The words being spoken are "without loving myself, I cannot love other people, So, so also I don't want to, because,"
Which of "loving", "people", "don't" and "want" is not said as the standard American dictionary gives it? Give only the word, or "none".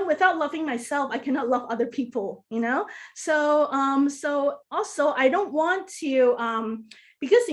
people